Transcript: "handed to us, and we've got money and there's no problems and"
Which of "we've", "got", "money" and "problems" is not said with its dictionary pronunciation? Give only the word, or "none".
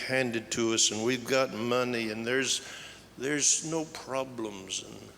none